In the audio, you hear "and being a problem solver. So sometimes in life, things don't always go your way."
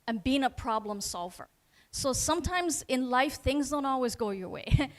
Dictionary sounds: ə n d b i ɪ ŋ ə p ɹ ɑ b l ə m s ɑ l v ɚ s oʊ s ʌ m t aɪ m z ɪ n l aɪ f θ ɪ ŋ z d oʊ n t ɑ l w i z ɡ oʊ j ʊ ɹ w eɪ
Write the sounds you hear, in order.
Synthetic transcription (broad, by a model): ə n b i ɪ ŋ ə p ɹ ɑ b l ə m s ɑ l v ɚ s oʊ s ʌ m t aɪ m z ɪ n l aɪ f θ ɪ ŋ z d oʊ n t ɑ l w i z ɡ oʊ j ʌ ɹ w eɪ